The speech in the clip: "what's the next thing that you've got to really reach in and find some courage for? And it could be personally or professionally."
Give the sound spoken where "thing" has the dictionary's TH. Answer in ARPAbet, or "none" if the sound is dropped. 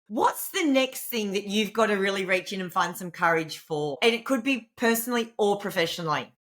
TH